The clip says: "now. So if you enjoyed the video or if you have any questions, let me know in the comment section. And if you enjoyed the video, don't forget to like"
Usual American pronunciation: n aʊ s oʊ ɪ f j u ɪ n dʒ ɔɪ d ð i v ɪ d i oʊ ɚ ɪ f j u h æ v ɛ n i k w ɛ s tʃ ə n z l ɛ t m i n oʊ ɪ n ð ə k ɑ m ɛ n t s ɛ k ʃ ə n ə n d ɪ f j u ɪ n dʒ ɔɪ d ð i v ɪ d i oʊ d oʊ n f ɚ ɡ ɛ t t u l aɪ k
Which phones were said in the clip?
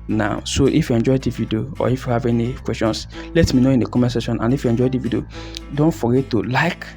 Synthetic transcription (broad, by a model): n aʊ s oʊ ɪ f j u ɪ n dʒ ɔɪ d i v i d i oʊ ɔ ɪ f j u h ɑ v ɛ n i k w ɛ s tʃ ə n s l ɛ t m i n oʊ ɪ n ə k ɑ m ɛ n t s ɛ ʃ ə n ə n ɪ f j u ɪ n dʒ ɔɪ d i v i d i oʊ d oʊ n f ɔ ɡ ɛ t t u l aɪ k